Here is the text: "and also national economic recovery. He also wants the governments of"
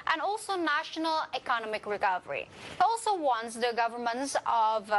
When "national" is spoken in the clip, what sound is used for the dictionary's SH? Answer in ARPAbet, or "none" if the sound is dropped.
SH